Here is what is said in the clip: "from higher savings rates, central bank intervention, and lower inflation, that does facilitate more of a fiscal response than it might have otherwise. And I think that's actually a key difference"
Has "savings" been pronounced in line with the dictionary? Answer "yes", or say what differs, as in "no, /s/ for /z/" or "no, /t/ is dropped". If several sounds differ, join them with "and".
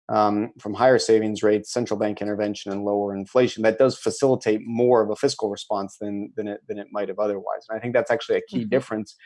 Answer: yes